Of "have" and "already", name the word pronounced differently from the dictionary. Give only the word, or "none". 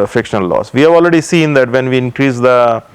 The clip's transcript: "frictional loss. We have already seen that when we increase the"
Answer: none